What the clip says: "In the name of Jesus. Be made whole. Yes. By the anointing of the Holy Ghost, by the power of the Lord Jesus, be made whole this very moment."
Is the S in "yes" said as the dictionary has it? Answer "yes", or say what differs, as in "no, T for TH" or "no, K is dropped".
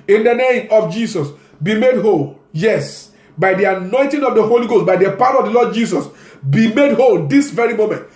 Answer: yes